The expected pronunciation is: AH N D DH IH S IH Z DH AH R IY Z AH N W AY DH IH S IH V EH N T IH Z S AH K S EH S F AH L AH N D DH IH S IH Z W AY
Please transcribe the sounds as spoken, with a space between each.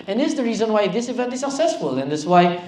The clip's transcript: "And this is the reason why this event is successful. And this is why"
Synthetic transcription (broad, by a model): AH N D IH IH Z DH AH R IY Z AH N W AY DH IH S IH V EH N T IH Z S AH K S EH S F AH L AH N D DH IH S W AY